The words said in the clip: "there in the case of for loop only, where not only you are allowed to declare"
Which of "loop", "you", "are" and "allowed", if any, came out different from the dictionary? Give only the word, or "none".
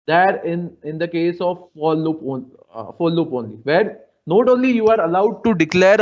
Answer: none